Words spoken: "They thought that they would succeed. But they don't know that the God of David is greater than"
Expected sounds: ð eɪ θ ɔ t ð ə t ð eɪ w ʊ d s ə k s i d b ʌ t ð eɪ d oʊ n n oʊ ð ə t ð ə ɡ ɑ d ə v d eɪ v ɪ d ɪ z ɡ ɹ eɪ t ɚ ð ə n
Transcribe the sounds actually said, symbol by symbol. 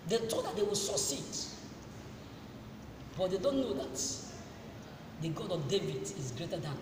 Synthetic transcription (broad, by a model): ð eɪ t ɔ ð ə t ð eɪ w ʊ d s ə s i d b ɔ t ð eɪ d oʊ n n oʊ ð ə t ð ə ɡ ɑ d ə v d eɪ v ɪ d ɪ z ɡ ɹ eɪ t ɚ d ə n